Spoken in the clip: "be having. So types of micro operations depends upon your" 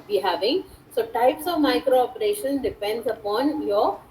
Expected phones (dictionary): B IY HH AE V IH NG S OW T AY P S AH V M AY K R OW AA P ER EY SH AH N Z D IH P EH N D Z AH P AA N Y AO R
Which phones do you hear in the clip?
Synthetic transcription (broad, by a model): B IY HH AE V IH NG S OW T AY P S AH V M AY K R OW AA P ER EY SH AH N D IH P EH N D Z AH P AA N Y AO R